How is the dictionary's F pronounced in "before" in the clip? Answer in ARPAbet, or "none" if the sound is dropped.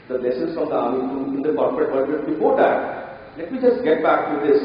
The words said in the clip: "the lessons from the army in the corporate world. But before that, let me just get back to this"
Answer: P